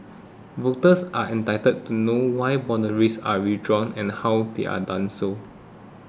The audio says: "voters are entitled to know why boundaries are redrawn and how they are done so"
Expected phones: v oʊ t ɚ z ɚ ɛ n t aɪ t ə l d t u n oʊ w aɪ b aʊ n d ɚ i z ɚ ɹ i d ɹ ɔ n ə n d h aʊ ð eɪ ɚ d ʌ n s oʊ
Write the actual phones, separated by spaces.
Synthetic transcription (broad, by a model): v oʊ t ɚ s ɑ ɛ n t aɪ t ə d t u n oʊ w aɪ b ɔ n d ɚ i s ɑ ɹ i d ɹ ɔ n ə n h aʊ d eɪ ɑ d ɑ n s oʊ